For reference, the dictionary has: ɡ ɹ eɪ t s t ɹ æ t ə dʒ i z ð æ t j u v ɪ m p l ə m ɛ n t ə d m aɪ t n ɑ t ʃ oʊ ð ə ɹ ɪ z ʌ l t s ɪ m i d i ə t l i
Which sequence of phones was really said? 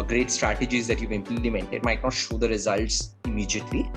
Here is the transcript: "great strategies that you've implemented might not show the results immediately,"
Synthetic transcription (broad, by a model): ɡ ɹ eɪ t s t ɹ æ t ə dʒ i z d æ t j u v ɪ m p l ə m ɛ n t ə d m aɪ t n ɑ t ʃ oʊ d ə ɹ ɪ z ʌ l t s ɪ m i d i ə t l i